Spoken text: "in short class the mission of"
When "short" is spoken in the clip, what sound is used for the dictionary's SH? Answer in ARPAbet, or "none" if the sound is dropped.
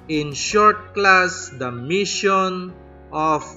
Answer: SH